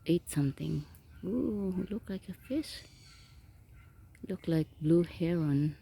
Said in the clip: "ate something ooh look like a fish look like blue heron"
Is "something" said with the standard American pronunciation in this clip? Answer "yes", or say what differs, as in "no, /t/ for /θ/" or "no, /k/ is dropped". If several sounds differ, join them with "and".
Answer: no, /t/ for /θ/